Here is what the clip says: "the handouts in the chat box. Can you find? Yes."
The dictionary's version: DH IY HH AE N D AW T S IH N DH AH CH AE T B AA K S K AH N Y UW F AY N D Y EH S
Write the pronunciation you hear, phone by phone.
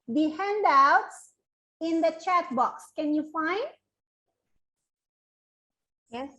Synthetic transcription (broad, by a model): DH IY HH AE N D AW T S IH N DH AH CH AE T B AA K S K AH N Y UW F AY N D Y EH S